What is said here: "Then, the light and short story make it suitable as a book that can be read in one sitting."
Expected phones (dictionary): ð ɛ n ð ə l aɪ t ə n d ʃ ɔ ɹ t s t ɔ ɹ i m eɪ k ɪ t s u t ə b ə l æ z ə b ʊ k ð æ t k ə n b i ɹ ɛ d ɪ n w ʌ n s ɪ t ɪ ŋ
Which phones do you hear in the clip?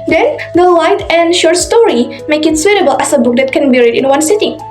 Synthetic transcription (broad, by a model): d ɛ n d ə l aɪ t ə n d ʃ ɔ ɹ t s t ɔ ɹ i m eɪ k ɪ t s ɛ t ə b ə l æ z ə b ʊ k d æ t k ə n b i ɹ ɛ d ɪ n w ʌ n s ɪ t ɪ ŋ